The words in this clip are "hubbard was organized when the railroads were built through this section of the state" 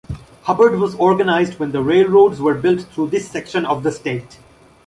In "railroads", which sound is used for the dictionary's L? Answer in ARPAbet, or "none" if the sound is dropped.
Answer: L